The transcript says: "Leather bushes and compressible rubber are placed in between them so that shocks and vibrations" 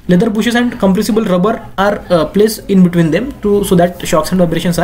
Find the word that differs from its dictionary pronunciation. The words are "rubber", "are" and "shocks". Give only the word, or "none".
none